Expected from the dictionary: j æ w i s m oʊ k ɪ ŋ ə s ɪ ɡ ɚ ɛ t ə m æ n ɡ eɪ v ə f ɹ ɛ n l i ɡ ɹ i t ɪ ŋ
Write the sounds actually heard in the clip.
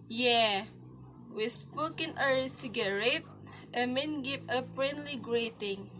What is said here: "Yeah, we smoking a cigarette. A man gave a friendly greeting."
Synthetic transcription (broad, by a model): j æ w i s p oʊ k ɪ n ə s ɪ ɡ ɚ ɛ t ə m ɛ n ɡ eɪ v ə p ɹ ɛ n l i ɡ ɹ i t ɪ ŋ